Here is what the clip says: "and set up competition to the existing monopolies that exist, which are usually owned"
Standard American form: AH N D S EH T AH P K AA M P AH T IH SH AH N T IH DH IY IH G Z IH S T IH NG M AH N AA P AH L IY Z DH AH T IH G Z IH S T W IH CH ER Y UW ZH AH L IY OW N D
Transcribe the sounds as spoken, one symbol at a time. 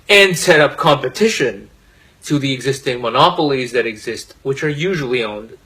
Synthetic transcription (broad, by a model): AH N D S EH T AH P K AA M P AH T IH SH AH N T IH DH IY IH G Z IH S T IH NG M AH N AA P L IY Z DH AH T IH G Z IH S T W IH CH ER Y UW ZH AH L IY OW N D